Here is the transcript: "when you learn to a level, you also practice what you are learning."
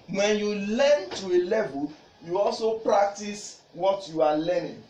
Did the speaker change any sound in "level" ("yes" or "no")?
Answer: no